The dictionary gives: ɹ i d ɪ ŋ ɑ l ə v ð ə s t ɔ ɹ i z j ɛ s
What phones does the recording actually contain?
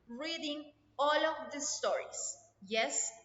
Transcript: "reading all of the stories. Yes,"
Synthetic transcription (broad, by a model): ɹ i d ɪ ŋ ɑ l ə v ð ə s t ɔ ɹ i s j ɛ s